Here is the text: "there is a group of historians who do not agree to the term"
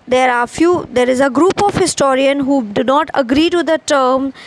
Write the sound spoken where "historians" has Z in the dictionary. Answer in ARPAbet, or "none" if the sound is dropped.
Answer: none